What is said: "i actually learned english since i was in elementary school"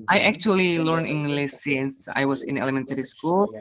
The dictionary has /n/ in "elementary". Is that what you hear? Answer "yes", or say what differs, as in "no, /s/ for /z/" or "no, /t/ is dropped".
yes